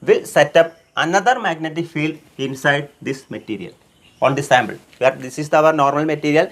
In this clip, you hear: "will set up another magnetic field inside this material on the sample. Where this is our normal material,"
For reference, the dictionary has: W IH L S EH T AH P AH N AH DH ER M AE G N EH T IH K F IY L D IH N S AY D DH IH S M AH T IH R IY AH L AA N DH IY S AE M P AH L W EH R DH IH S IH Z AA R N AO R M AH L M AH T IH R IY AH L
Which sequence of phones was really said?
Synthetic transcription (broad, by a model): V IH L S EH T AH P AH N AH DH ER M AE G N EH T IH K F IY L D IH N S AY D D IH S M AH T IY R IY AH L AA N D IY S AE M B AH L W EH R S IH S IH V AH R N AO R M AH L M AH T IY R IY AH L